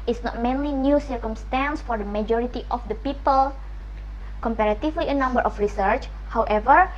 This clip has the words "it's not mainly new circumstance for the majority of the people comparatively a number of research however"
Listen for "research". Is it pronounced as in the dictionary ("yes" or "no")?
yes